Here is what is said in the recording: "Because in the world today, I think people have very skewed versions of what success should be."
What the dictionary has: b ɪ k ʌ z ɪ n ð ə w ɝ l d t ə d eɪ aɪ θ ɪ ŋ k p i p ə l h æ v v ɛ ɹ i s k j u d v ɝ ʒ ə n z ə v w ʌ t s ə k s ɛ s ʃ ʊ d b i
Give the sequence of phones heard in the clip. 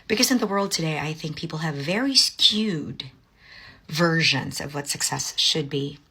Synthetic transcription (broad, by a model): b ɪ k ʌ z ɪ n ð ə w ɝ l d t ə d eɪ aɪ θ ɪ ŋ k p i p l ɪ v v ɛ ɹ i s k j u d v ɝ ʒ ə n z ə v w ʌ t s ə k s ɛ s ʃ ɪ d b i